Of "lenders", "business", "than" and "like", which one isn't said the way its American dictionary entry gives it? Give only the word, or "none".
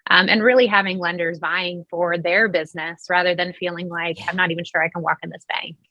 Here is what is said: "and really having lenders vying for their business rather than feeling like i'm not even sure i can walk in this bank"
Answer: none